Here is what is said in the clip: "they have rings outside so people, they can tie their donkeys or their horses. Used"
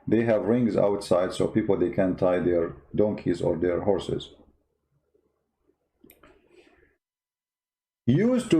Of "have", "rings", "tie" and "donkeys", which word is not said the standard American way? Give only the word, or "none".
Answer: none